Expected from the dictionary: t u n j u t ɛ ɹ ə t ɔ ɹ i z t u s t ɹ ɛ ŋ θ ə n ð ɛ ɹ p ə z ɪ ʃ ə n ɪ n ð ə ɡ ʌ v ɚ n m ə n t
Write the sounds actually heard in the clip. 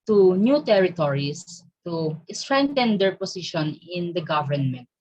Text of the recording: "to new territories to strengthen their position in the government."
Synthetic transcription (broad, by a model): t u n j u t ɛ ɹ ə t ɔ ɹ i s t u s t ɹ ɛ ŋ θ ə n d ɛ ɹ p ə s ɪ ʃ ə n ɪ n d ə ɡ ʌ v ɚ n m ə n t